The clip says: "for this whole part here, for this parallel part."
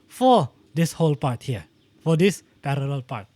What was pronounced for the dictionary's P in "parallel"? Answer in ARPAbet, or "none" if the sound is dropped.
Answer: P